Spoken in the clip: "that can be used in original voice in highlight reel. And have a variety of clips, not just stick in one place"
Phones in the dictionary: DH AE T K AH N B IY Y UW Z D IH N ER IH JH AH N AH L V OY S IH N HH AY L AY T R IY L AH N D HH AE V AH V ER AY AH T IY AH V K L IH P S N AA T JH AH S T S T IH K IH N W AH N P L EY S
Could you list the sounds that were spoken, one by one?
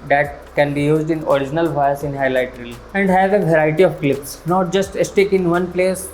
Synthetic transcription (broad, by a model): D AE T K AH N B IY Y UW Z D IH N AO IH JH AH N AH L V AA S IH N HH AY L AY T R IY L AH N D HH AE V AH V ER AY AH T IY AH V K L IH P S N AA T JH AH S T S T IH K IH N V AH N P L EY S